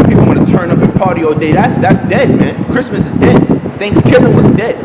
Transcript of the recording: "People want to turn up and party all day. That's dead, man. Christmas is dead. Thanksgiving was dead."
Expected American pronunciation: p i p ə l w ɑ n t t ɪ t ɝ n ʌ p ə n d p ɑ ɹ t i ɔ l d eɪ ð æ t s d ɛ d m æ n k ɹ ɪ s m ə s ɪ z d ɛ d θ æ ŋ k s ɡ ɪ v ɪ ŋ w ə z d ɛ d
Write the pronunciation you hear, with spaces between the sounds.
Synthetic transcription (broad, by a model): p i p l w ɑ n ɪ t ɝ n ʌ p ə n p ɑ ɹ t i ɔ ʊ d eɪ ð æ t s d ɛ d m æ n k ɹ ɪ s m ə s ɪ z d ɛ d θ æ ŋ k s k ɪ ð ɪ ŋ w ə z d ɛ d